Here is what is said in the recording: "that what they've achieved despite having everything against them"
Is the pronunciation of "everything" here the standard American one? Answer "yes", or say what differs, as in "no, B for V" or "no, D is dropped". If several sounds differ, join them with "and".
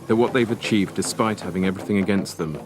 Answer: yes